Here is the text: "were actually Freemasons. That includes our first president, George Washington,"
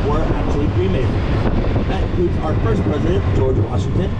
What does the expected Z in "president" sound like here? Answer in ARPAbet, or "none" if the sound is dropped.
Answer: Z